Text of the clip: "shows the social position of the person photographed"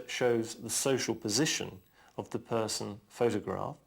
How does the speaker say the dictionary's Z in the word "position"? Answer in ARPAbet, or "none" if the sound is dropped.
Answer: Z